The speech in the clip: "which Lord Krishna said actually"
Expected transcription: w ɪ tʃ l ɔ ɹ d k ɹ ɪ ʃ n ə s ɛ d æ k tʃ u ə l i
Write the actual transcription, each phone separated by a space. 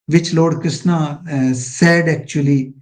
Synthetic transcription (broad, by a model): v ɪ tʃ l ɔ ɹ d k ɪ s n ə s ɛ d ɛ k tʃ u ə l i